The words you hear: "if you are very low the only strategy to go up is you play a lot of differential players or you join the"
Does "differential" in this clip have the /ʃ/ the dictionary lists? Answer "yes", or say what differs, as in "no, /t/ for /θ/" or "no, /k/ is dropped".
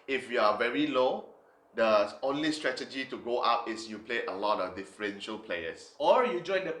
yes